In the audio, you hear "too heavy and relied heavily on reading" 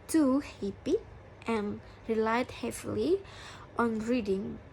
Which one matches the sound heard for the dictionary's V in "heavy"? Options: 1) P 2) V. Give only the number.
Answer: 1